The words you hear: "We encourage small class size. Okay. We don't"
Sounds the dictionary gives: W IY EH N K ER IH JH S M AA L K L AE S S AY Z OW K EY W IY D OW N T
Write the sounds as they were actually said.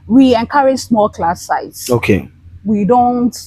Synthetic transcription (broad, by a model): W IY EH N K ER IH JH S M AA L K L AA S S AY S OW K EY W IY D OW N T